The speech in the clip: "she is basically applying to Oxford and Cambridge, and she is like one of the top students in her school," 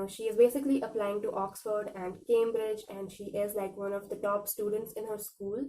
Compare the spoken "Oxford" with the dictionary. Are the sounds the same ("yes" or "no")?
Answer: yes